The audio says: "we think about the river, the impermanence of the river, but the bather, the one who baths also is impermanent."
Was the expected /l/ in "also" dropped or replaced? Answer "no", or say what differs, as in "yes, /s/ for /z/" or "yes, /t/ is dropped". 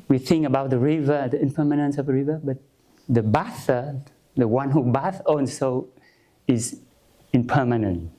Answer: yes, /n/ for /l/